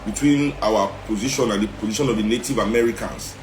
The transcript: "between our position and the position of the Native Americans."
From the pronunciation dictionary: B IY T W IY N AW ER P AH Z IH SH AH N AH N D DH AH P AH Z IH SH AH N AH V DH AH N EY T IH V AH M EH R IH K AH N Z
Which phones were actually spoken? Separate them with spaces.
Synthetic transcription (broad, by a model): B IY T W IY N AW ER P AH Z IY SH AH N AH N D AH P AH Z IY SH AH N AH V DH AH N EY T IH V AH M EH R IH K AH N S